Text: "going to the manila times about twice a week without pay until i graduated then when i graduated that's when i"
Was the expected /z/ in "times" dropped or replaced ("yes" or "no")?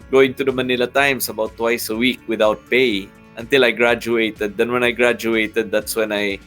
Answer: yes